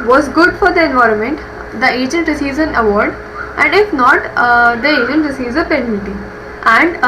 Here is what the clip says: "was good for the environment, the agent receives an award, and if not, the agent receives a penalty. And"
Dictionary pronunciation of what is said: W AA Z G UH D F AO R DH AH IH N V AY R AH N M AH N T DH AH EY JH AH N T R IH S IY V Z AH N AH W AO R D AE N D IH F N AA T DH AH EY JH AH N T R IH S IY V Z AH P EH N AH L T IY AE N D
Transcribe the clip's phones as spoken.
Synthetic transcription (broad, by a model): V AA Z G UH D F AO R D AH IH N V AY R AH N M AH N T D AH EY JH AH N T R IH S IY V Z AH N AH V AO R D AE N D IH F N AA T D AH EY JH AH N T R IH S IY V Z AH P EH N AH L T IY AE N D